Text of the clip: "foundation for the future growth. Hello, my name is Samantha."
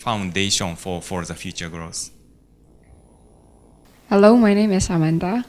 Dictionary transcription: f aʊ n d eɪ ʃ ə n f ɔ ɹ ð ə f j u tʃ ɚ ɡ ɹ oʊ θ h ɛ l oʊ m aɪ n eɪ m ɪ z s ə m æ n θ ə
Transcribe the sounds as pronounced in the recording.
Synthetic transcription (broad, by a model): f aʊ n d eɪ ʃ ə n f ɔ ɹ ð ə f j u tʃ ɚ ɡ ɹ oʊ s h ɛ l oʊ m aɪ n eɪ m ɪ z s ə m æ n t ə